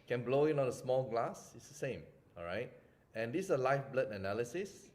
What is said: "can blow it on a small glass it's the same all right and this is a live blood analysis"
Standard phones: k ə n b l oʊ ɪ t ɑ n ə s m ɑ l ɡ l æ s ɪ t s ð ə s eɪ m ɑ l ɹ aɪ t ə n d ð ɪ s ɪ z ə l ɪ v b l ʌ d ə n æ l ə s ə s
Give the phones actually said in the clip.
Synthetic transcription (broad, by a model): k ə n b l oʊ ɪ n ɑ n ə s m ɑ l ɡ l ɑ s ɪ t s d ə s eɪ m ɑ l ɹ aɪ t ə n d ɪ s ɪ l ə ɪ f b l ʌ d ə n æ l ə s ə s